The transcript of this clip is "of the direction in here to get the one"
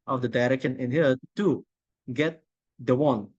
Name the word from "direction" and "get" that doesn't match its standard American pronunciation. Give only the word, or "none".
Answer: direction